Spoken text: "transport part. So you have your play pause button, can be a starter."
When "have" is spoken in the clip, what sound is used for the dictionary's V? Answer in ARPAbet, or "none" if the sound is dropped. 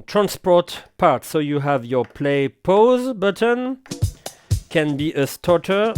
V